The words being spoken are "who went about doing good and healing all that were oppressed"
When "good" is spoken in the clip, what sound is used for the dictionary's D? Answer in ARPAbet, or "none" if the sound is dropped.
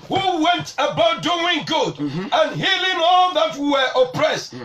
D